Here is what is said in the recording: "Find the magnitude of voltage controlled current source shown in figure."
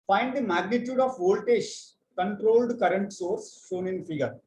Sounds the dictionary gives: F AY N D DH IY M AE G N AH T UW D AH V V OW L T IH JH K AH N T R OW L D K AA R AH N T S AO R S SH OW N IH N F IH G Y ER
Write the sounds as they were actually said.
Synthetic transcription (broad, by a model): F AY N D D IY M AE G N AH T UW D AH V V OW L T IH SH K AH N T R OW L D K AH R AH N T S AO R S SH OW N IH N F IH G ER